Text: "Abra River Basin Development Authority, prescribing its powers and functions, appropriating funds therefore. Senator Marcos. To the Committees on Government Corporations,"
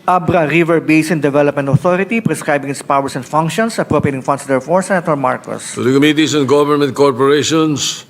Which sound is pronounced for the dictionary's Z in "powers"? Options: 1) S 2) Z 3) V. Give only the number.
1